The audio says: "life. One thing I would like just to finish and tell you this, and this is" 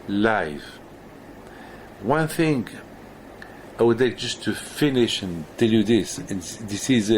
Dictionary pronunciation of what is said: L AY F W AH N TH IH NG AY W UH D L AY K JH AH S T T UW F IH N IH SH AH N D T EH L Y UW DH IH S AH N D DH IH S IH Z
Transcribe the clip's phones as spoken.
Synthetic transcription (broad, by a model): L AY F W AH N TH IH NG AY W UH D L AY K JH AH S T T UW F IH N IH SH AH N T EH L Y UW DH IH S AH N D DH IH S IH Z